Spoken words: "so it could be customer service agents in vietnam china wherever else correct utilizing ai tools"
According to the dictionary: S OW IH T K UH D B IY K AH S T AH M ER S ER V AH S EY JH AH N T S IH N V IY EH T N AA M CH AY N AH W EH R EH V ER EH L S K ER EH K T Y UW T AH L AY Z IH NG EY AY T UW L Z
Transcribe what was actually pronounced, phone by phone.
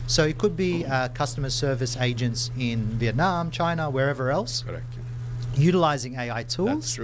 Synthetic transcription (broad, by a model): S OW IH T K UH D B IY K AH S T AH M ER S ER V AH S EY JH AH N T S IH N V IY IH T N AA M CH AY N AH W EH R EH V ER EH L S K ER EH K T Y UW T AH L AY Z IH NG EY AY T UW L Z